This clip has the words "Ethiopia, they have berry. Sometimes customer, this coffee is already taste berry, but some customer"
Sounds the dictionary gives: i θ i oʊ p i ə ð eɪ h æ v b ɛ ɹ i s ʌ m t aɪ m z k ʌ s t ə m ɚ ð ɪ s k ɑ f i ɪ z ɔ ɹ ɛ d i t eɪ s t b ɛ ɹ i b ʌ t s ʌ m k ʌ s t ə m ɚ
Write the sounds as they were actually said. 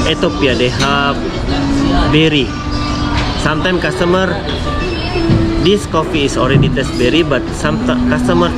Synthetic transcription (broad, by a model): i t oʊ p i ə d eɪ h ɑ p b ɛ ɹ i s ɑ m t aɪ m k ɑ s t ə m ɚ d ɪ s k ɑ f i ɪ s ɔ ɹ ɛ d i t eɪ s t b ɛ ɹ i b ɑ t s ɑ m k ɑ s t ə m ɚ